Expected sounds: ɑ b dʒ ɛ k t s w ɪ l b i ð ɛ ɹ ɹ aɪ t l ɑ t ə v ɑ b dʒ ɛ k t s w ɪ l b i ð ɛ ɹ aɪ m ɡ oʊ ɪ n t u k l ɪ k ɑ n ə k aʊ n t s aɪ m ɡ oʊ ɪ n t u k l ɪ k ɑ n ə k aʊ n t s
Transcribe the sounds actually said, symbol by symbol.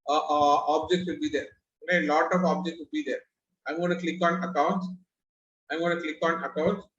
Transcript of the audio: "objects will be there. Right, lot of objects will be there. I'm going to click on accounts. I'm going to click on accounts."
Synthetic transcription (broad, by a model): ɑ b dʒ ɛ k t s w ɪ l b i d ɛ ɹ l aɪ l ɑ t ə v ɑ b dʒ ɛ k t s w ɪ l b i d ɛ ɹ aɪ m ɡ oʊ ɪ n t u k l ɪ k ɑ n ə k aʊ n t s aɪ m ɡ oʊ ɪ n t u k l ɪ k ɑ n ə k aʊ n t s